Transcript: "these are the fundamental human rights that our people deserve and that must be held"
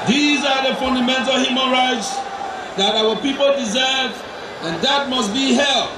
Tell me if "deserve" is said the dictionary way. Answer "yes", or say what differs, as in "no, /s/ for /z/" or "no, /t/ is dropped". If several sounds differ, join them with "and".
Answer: yes